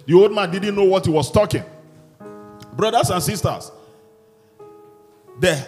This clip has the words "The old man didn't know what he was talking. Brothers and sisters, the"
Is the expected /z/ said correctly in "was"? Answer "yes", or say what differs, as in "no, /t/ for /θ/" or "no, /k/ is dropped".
no, /s/ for /z/